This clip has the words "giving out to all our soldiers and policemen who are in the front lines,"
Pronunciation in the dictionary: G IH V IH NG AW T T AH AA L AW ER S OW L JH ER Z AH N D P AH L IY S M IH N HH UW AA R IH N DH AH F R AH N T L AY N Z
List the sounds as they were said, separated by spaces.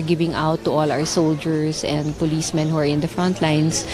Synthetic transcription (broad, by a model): G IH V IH NG AW T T AA L AW ER S OW L JH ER S AH N D P AH L IY S M IH N HH UW AA R IH N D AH F R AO N T L AY N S